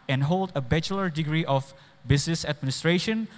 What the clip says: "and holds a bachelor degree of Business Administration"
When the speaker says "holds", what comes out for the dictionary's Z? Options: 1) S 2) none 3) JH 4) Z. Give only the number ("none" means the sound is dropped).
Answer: 2